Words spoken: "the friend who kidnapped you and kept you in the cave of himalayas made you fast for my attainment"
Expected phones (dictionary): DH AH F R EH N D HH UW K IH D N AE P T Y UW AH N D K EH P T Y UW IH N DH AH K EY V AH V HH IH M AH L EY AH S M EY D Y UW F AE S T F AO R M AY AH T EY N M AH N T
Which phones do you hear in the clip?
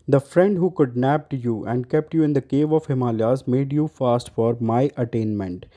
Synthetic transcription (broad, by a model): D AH F R EH N D HH UW K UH D N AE P T Y UW AH N D K EH P T Y UW IH N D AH K EY V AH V HH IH M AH L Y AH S M EY D Y UW F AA S T F AO R M AY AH T EY N M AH N T